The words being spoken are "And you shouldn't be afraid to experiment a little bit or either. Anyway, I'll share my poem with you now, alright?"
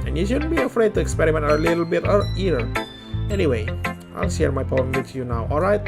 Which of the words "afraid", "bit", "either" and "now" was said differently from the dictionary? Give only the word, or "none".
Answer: either